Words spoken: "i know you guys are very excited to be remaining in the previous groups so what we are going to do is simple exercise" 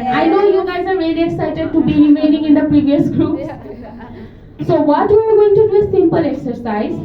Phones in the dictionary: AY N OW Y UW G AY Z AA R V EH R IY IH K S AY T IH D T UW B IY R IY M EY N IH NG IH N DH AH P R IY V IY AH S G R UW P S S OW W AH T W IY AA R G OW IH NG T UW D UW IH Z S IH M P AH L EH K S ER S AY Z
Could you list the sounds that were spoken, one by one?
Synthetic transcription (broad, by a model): AY N OW Y UW G AY Z AA R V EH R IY IH K S AY T IH D T UW B IY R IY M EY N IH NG IH N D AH P R IY V IY AH S G R UW P S S OW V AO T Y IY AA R G OW IH NG T UW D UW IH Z S IH M P AH L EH K S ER S AY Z